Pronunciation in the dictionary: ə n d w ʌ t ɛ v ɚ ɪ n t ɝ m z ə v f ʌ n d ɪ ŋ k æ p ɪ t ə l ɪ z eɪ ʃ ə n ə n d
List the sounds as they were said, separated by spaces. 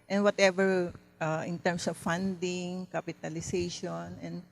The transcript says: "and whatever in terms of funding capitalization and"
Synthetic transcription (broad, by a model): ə n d w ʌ t ɛ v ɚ ɪ n t ɝ m s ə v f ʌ n d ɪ ŋ k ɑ p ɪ t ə l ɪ s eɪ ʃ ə n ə n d